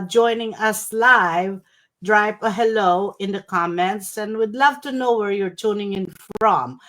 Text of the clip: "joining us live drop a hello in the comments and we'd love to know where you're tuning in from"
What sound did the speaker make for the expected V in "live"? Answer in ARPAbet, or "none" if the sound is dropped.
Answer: V